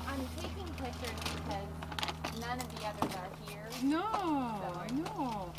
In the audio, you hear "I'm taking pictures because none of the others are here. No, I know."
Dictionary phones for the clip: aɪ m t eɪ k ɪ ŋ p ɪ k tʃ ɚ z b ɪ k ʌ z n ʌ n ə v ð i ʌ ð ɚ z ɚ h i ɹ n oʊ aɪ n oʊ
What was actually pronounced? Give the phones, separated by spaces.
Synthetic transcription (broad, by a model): aɪ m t eɪ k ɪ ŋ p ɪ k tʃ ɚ b ɪ k ʌ z n ʌ n ə v ð i ʌ ð ɚ z ɚ h i ɹ n oʊ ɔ n oʊ